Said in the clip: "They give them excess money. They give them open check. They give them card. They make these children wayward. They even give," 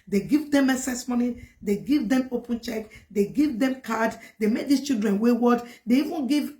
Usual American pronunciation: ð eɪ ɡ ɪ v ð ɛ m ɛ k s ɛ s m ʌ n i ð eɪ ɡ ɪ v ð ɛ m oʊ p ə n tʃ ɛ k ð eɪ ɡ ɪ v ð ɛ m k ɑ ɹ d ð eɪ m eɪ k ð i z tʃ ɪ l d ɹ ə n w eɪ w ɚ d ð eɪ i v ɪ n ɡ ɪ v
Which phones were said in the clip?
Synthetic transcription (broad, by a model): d eɪ ɡ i v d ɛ m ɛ s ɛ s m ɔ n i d eɪ ɡ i v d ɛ m oʊ p ə n tʃ ɛ k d eɪ ɡ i v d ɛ m k ɑ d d eɪ m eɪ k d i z tʃ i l d ɹ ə n w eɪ w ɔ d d eɪ i v ɪ n ɡ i v